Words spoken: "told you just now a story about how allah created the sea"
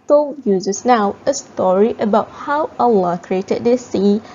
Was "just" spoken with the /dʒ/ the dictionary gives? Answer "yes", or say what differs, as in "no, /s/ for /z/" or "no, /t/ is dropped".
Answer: no, /z/ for /dʒ/